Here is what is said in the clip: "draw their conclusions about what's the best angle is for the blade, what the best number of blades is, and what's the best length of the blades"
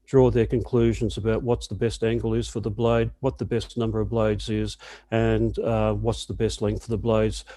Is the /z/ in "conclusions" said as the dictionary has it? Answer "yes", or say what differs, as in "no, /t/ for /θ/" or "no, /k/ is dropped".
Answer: yes